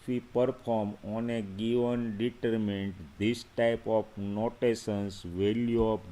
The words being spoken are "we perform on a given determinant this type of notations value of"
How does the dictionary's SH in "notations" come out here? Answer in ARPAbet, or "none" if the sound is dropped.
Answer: S